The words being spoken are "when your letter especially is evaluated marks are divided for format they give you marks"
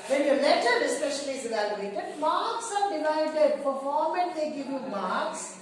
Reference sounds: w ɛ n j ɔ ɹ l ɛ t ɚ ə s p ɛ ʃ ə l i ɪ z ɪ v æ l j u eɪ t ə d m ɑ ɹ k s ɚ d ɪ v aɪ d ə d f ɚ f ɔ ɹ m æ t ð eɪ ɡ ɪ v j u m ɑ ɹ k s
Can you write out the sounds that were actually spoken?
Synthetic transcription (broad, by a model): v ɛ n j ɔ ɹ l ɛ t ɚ ə s p ɛ ʃ ə l i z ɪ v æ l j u eɪ t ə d m ɑ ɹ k s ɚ d ɪ v aɪ d ə d p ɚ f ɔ ɹ m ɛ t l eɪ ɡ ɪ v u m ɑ ɹ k s